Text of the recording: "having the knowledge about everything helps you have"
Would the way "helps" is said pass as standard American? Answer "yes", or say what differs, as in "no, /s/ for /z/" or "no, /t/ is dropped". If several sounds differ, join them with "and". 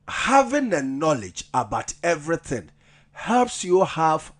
yes